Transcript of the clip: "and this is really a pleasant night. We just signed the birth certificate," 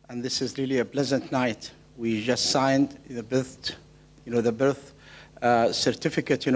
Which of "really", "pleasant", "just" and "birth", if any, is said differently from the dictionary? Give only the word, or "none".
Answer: none